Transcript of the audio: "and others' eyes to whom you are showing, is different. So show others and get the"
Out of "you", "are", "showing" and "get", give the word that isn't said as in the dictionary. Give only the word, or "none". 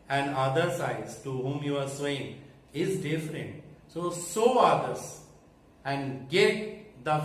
showing